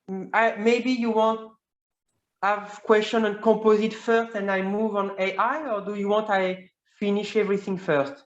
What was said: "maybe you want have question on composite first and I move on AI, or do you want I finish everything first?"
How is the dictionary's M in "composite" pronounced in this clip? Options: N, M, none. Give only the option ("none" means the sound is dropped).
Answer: none